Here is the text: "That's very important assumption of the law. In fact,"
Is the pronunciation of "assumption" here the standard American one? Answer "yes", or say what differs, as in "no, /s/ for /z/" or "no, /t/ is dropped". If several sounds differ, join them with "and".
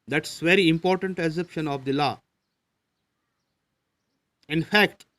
no, /m/ is dropped